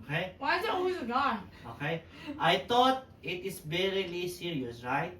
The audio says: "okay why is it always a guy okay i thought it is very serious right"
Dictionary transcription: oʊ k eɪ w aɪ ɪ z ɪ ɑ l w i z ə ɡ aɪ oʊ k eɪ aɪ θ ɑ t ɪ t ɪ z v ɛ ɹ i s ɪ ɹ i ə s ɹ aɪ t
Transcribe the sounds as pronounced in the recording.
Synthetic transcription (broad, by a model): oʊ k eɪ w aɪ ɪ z ɪ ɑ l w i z ə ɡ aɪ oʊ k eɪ aɪ t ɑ t ɪ t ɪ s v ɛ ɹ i s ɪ ɹ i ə s ɹ aɪ t